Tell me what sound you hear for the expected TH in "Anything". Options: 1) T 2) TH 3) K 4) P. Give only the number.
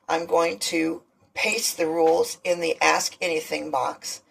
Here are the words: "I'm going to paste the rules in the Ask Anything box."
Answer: 2